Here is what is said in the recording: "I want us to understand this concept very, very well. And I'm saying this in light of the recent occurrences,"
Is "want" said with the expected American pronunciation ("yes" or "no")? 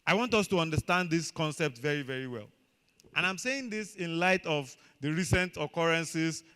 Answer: yes